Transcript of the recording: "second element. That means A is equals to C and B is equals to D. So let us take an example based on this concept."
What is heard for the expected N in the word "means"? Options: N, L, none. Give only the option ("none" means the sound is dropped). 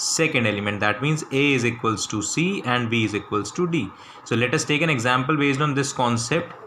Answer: N